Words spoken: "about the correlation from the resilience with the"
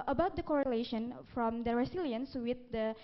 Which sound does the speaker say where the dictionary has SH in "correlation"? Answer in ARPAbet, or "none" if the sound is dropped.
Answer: SH